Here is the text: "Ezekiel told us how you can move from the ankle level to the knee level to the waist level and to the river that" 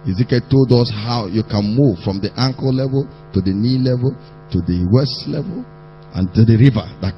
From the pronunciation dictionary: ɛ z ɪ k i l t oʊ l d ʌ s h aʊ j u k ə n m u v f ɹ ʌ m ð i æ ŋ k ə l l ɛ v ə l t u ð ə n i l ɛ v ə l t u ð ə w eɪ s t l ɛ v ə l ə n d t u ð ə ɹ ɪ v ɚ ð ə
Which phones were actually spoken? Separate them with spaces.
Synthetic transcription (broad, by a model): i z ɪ k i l t oʊ l d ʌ s h aʊ j u k ə n m u v f ɹ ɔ m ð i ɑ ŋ k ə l l ɛ v ə l t u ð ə n i l ɛ v ə l t u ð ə w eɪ s t l ɛ v ə l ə n t u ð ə ɹ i v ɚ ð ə